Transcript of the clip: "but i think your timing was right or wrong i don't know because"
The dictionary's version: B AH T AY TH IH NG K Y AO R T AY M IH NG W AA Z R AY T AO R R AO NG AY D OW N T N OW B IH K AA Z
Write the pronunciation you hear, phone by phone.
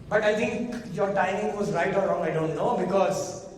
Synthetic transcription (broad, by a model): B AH T AY T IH NG K Y AO R T AY M IH NG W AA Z R AY T AO R R AO NG AY D OW N T N OW B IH K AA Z